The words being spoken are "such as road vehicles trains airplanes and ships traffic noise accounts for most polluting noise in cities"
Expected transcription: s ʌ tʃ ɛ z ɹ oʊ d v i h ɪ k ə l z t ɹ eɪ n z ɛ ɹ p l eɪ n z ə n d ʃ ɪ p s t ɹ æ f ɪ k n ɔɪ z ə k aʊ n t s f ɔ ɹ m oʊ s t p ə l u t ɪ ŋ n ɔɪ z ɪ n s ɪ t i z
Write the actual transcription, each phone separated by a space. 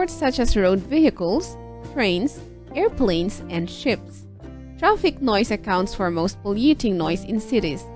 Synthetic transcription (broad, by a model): s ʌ tʃ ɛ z ɹ oʊ d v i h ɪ k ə l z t ɹ eɪ n s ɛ ɹ p l eɪ n s ə n d ʃ ɪ p s t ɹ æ f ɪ k n ɔɪ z ə k aʊ n t s f ɔ ɹ m oʊ s t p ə l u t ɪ ŋ n ɔɪ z ɪ n s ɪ t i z